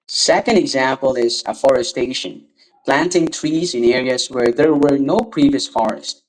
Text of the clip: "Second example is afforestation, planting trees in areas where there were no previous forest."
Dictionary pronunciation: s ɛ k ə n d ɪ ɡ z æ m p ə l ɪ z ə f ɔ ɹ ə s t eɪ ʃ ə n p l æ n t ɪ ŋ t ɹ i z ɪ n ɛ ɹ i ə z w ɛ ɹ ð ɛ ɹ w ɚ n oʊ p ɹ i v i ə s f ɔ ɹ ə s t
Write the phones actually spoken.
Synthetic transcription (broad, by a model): s ɛ k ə n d ɪ ɡ z æ m p ə l ɪ z ə f ɔ ɹ ə s t eɪ ʃ ə n p l æ n t ɪ ŋ t ɹ i z ɪ n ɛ ɹ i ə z w ɛ ɹ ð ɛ ɹ w ɚ n oʊ p ɹ i v i ə s f ɔ ɹ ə s t